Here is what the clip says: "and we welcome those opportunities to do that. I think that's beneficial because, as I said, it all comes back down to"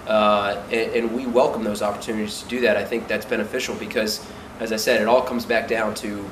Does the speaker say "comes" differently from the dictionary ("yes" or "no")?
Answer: no